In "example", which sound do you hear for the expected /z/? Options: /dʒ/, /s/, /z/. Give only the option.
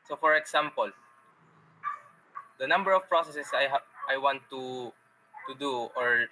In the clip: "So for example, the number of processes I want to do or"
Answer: /s/